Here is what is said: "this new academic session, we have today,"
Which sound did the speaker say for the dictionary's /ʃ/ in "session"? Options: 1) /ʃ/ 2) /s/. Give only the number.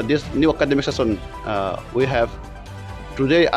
2